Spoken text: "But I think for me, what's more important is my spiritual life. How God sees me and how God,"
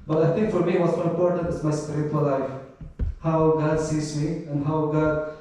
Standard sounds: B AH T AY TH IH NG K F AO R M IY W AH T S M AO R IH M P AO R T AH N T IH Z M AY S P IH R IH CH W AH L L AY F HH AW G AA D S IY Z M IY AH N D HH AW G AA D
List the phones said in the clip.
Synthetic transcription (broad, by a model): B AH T AY T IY NG K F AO R M IY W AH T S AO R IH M P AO R T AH N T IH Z M AY S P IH R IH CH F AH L L AY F HH AW G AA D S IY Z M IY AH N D HH AW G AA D